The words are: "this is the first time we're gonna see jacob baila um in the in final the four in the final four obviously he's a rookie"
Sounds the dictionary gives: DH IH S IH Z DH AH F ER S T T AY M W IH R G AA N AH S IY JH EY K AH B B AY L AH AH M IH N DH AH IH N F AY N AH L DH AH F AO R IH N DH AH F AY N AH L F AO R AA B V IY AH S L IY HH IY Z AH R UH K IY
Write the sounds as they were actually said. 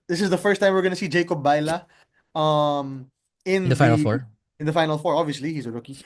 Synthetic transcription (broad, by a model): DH IH S IH Z DH AH F ER S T T AY M W IH R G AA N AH S IY JH EY K AH B B AY L AH AH M IH N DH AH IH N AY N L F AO R IH N DH AH F AY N L F AO R AA B V IY AH S L IY HH IY Z AH R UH K IY